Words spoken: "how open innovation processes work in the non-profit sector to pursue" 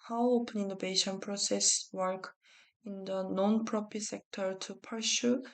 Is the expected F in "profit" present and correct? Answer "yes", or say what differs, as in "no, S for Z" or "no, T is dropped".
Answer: no, P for F